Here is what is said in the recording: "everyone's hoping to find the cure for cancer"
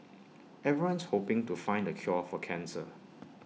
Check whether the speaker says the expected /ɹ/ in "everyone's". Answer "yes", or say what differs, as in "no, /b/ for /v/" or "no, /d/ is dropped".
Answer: no, /ɹ/ is dropped